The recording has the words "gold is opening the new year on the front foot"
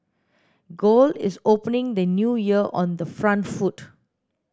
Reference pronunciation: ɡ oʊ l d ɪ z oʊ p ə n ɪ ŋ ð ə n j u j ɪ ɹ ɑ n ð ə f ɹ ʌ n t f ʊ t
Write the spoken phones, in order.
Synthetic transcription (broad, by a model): ɡ oʊ l ɪ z oʊ p ə n ɪ ŋ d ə n j u j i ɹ ɑ n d ə f ɹ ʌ n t f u t